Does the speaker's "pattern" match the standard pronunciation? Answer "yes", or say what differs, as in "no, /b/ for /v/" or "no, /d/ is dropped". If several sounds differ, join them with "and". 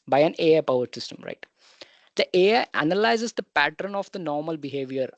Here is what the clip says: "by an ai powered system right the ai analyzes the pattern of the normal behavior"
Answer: yes